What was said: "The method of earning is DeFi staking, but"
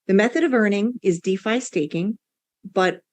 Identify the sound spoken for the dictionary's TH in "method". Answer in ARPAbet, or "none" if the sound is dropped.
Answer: TH